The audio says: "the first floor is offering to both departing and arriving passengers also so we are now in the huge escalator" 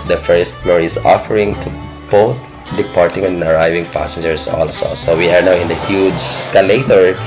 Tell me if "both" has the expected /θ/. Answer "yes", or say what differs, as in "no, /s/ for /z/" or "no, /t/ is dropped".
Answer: no, /t/ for /θ/